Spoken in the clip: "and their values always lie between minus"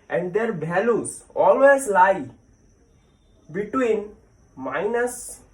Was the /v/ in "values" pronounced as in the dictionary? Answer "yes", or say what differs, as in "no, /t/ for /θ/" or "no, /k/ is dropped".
no, /b/ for /v/